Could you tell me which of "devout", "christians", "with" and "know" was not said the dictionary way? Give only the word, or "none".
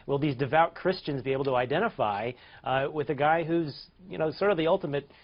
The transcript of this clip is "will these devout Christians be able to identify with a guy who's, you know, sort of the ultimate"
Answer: none